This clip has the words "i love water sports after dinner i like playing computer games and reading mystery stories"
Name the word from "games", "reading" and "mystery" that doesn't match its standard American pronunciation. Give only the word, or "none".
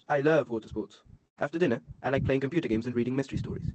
none